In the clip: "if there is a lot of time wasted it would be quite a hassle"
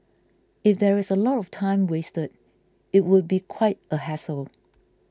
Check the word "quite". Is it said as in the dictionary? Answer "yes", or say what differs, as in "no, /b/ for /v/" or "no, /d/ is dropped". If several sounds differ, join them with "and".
yes